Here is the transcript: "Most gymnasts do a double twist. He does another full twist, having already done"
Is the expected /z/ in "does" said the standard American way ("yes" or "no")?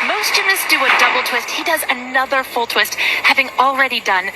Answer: yes